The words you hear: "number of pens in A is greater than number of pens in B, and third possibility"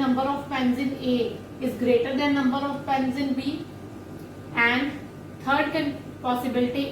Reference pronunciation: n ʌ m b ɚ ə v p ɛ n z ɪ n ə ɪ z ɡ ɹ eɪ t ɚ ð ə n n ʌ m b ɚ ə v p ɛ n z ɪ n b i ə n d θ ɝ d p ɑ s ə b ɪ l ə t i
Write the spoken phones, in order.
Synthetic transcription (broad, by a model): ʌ m b ɚ ə v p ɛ n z ɪ n ə ɪ z ɡ ɹ eɪ t ɚ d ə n n ʌ m b ɚ ə v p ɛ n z ɪ n b i ə n d t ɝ d p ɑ s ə b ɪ l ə t i